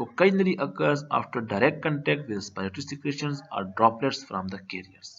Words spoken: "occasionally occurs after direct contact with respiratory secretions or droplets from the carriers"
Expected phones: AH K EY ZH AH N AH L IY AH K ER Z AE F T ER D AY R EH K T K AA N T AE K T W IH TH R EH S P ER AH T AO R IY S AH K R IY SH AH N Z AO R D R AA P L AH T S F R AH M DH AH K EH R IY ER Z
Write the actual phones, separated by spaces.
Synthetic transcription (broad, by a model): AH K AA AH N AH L IY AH K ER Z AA F T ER D AY R EH K T K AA N T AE K T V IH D S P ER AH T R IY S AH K EH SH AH N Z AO R D R AA P L AH T S F R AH M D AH K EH R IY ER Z